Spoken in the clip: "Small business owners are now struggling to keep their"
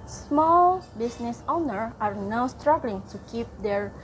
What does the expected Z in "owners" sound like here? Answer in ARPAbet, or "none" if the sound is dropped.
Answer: none